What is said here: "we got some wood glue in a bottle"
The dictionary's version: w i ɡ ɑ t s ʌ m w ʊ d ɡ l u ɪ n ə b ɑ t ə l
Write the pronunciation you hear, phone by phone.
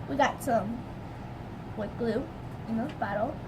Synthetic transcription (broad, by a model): w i ɡ ɑ t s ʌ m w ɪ ɡ l u ɪ n ə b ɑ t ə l